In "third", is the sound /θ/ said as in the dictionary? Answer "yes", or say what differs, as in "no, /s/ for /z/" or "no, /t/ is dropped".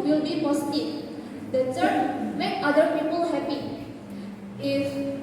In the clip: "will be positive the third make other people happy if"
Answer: no, /s/ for /θ/